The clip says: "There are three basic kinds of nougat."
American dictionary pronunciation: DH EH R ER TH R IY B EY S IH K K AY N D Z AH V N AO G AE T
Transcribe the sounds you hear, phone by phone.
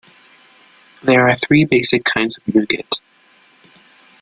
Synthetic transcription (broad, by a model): DH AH R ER TH R IY B EY S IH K K AY N D Z AH V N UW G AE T